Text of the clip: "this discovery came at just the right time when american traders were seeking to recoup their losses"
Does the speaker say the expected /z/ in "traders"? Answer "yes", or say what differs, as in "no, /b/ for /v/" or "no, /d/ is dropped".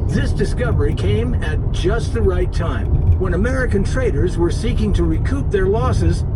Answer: yes